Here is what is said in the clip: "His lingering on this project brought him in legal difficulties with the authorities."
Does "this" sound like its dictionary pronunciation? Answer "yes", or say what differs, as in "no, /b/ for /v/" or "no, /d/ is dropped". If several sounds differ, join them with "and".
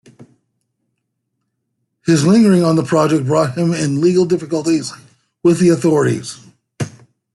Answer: no, /s/ is dropped